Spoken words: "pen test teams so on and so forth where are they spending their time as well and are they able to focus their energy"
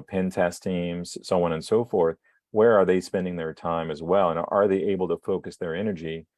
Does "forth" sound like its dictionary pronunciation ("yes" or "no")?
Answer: yes